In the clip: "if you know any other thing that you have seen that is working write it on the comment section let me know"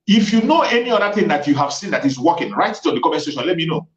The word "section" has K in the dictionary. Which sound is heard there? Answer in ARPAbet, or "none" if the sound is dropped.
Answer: none